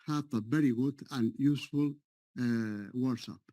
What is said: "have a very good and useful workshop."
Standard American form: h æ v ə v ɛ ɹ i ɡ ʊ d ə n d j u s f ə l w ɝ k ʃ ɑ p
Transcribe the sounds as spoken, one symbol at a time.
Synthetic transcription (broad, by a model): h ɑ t ə b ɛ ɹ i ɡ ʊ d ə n j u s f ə l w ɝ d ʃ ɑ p